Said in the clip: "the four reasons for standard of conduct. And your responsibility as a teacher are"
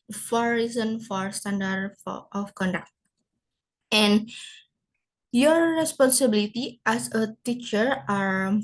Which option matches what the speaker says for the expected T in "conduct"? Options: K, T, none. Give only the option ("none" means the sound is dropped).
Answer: T